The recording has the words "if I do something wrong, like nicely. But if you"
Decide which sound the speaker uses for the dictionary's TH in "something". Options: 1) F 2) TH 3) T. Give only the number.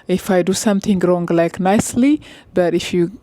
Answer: 3